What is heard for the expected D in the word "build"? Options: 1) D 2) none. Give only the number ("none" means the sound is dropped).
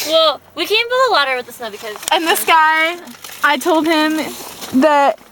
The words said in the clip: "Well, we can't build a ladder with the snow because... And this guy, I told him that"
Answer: 2